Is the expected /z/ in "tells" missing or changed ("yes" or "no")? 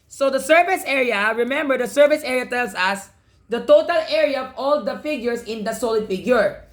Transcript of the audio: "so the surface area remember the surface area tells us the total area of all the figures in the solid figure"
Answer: yes